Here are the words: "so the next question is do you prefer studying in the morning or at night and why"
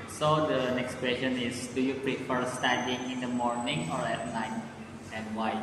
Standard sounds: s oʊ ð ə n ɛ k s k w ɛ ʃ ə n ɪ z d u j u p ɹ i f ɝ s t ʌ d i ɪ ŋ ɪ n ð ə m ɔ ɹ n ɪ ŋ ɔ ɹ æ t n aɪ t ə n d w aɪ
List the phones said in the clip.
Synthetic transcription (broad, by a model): s oʊ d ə n ɛ k s k w ɛ ʃ ə n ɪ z d u j u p ɹ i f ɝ s t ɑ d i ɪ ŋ ɪ n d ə m ɔ ɹ n ɪ ŋ ɔ ɹ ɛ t l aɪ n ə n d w aɪ